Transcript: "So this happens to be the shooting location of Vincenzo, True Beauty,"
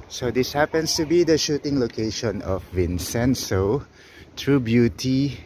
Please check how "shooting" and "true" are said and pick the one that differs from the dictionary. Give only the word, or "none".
none